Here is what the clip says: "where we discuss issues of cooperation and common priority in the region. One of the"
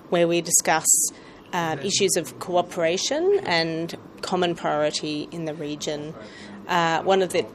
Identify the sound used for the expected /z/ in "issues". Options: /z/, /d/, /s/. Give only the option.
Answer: /z/